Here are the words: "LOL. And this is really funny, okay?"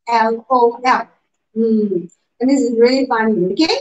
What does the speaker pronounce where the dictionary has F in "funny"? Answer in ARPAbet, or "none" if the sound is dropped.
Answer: F